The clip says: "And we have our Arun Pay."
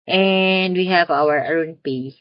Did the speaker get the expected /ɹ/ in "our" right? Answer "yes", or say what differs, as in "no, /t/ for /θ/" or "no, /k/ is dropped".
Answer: no, /w/ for /ɹ/